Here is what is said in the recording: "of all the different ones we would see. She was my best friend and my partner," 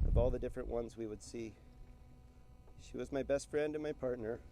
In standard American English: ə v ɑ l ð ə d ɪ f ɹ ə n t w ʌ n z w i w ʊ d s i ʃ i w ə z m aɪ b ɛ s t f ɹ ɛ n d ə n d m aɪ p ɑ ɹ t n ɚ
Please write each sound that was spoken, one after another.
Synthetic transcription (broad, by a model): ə v ɑ l ð ə d ɪ f ɹ ə n t w ʌ n z w i w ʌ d s i ʃ i w ə z m aɪ b ɛ s t f ɹ ɛ n d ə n m aɪ p ɑ ɹ t n ɚ